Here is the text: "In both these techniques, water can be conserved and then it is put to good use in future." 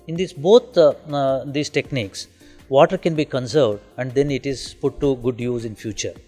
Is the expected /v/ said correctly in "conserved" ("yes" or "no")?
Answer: yes